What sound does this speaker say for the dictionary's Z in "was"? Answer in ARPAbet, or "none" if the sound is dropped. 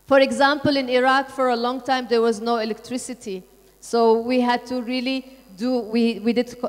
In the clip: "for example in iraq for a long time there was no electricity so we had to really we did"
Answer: Z